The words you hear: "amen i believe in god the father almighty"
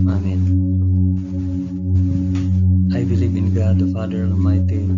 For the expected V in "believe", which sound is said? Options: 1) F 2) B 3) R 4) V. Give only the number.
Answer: 2